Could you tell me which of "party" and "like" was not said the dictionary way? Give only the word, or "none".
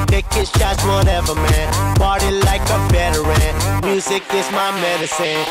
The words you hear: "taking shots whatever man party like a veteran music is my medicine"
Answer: party